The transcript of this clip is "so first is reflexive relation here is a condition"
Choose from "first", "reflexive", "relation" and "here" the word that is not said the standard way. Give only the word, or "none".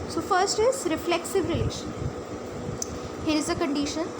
none